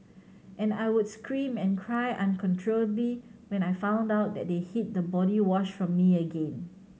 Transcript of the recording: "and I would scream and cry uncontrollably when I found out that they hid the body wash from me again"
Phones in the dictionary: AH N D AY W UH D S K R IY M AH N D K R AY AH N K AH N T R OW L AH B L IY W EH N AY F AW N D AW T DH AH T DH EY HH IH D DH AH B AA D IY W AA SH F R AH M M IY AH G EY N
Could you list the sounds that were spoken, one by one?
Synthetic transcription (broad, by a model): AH N AY W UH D S K R IY M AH N K R AY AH N K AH N T R OW L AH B L IY W EH N AY F AW N D AW T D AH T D EY HH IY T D AH B AA D IY W AA SH F R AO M M IY AH G EY N